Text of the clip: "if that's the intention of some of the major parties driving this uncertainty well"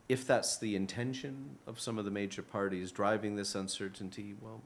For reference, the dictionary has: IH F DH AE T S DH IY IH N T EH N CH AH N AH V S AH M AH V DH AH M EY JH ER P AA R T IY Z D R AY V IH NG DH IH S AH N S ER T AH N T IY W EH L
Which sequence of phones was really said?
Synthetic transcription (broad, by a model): IH F DH AE T S DH IY IH N T EH N SH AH N AH V S AH M AH V DH AH M EY JH ER P AA R T IY Z D R AY V IH NG DH IH S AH N S ER T N T IY W EH L